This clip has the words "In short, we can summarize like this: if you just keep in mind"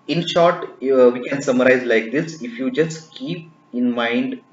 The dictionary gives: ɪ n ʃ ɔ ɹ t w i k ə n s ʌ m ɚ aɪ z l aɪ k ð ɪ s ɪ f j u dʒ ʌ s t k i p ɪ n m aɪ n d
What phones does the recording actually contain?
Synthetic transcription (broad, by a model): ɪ n ʃ ɔ ɹ t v i k ə n s ʌ m ɚ aɪ z l aɪ k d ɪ s ɪ f j u dʒ ʌ s t k i p ɪ n m aɪ n d